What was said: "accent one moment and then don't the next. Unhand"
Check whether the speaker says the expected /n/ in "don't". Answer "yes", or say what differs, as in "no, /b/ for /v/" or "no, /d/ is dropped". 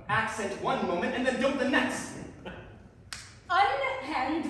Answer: no, /l/ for /n/